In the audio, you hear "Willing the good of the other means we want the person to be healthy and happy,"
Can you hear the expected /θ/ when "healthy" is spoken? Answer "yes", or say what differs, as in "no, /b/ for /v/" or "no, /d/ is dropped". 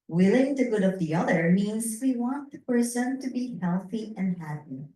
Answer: yes